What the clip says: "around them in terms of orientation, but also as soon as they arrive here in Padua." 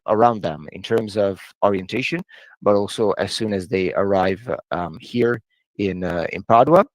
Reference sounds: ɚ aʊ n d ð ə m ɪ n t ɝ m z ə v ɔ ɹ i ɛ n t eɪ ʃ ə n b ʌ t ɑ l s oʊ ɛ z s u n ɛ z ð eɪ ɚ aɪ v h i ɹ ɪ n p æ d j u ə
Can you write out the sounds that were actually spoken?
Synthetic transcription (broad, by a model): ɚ aʊ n d ð ə m ɪ n t ɝ m z ə v ɔ ɹ i ɛ n t eɪ ʃ ə n b ʌ t ɑ l s oʊ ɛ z s u n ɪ z ð eɪ ɚ aɪ v h i ɹ ɪ n p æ d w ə